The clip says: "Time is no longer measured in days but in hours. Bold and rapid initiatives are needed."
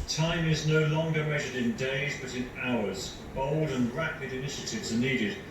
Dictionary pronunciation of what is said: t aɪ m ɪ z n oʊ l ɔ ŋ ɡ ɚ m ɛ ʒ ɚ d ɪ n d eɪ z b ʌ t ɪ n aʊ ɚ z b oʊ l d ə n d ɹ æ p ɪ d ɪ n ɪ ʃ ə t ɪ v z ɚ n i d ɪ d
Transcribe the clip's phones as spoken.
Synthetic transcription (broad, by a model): t aɪ m ɪ z n oʊ l ɔ ŋ ɡ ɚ m ɛ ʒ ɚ d ɪ n d eɪ z b ʌ t ɪ n aʊ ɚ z b oʊ l d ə n ɹ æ p ɪ d ɪ n ɪ ʃ ə t ɪ v z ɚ n i d ɪ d